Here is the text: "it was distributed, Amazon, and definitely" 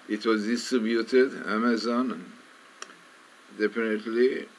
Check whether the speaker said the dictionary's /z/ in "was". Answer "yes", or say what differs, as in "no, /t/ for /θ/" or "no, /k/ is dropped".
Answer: yes